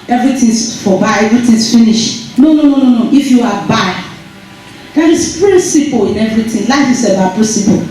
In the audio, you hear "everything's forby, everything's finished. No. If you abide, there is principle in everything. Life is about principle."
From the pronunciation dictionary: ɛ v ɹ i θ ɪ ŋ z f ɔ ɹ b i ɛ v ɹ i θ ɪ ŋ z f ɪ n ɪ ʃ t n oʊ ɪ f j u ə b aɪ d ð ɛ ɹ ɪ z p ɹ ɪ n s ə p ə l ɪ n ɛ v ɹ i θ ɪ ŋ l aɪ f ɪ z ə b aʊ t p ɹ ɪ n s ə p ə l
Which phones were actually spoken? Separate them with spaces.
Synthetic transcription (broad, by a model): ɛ v ɹ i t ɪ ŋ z f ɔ b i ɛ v ɹ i t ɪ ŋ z f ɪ n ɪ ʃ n n oʊ ɪ f j u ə b aɪ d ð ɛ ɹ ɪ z p ɹ ɪ n s ə p ə l ɪ n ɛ v ɹ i t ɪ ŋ l aɪ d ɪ s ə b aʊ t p ɹ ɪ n s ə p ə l